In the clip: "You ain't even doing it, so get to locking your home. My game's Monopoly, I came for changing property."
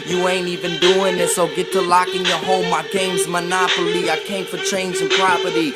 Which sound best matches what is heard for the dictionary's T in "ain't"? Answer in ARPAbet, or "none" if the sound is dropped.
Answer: T